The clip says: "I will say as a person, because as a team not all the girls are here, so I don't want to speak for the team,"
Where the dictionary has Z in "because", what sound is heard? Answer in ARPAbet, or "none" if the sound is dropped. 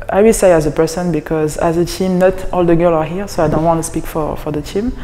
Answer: Z